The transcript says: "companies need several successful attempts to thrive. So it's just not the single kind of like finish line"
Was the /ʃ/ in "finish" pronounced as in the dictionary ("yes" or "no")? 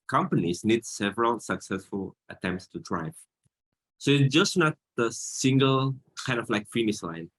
no